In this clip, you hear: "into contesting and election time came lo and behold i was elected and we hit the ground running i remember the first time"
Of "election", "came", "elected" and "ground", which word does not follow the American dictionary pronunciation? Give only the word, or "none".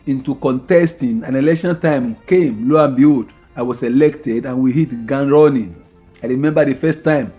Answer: ground